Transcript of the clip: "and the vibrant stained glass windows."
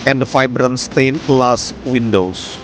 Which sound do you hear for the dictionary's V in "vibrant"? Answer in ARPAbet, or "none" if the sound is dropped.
F